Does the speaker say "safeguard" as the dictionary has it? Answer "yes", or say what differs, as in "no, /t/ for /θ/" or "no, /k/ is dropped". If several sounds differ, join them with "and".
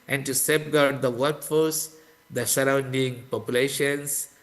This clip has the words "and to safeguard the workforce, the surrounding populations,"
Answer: no, /p/ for /f/